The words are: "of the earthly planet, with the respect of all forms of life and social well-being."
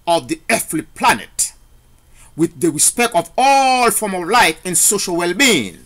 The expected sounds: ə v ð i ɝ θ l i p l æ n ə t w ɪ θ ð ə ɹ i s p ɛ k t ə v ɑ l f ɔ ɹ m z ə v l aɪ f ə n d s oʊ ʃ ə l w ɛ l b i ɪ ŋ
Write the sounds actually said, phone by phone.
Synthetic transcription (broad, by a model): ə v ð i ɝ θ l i p l æ n ə t w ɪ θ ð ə ɹ i s p ɛ k t ə v ɑ l f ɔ ɹ m ə v l aɪ f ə n s oʊ ʃ ə l w ɛ l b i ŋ